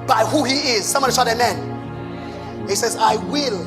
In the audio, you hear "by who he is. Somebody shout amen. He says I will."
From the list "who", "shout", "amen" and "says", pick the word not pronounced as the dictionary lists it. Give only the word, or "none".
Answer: shout